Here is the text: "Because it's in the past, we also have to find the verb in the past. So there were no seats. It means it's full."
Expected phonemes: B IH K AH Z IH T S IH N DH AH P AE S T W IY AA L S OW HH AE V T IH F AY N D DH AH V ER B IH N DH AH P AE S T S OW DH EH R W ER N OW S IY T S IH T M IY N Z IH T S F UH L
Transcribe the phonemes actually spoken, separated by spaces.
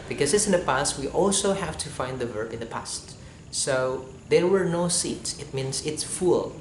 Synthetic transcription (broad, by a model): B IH K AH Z IH T S IH N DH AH P AE S T W IY AA L S OW HH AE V T IH F AY N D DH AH V ER B IH N DH AH P AE S T S OW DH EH R W ER N OW S IY T S IH T M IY N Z IH T S F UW L